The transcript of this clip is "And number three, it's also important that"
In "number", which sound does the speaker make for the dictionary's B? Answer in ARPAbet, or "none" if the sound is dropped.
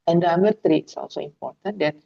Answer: none